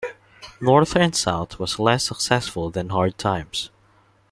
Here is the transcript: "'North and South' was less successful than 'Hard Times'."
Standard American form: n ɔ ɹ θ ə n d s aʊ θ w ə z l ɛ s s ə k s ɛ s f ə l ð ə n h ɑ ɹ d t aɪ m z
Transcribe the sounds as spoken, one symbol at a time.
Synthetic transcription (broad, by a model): n ɔ ɹ θ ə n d s aʊ θ w ə z l ɛ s s ə k s ɛ s f ə l ð ə n h ɑ ɹ d t aɪ m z